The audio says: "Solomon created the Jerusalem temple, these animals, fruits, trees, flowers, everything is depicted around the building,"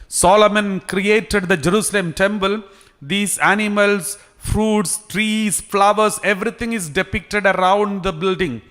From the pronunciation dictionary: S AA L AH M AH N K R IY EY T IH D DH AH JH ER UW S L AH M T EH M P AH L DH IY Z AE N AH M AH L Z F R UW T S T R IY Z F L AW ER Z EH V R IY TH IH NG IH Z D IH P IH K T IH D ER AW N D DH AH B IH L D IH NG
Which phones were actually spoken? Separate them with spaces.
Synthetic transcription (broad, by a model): S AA L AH M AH N K R IY EY T IH D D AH JH ER UW S L AH M T EH M P AH L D IY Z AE N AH M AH L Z F R UW T S T R IY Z F L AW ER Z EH V R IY T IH NG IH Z D IH P IH K T IH D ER AW N D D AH B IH L D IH NG